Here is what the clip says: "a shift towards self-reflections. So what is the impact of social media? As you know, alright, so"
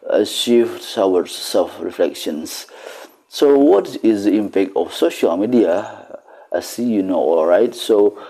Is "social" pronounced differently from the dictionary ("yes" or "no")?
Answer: no